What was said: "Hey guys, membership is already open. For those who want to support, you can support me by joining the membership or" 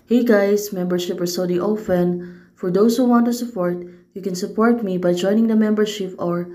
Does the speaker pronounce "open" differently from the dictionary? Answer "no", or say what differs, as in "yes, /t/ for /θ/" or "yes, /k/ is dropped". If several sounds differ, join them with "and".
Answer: yes, /f/ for /p/